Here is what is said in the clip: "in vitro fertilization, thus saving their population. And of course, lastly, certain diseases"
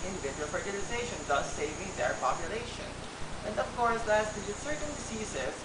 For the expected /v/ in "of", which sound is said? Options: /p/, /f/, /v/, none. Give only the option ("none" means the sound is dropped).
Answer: /f/